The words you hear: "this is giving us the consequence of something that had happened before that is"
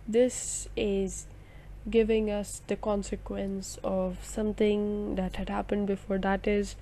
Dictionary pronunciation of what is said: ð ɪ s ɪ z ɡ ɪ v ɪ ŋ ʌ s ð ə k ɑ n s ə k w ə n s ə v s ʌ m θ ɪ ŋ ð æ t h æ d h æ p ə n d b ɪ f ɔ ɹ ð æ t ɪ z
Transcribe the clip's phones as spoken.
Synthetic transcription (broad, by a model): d ɪ s ɪ z ɡ ɪ v ɪ ŋ ʌ s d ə k ɑ n s ə k w ə n s ə v s ʌ m t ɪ ŋ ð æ t h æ d h æ p ə n d b ɪ f ɔ ɹ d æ t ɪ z